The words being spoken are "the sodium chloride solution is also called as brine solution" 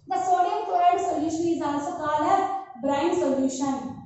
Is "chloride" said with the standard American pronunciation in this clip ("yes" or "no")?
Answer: no